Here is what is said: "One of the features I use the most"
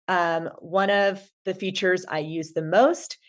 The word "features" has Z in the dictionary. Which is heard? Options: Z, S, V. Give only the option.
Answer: Z